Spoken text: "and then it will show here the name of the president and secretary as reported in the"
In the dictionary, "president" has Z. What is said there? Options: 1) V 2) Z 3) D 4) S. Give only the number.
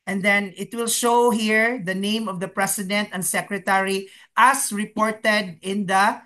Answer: 4